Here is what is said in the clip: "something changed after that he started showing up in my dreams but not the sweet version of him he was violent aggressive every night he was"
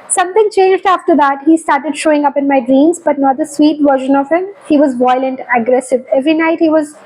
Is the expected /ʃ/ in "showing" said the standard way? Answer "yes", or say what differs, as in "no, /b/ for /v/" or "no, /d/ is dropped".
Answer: yes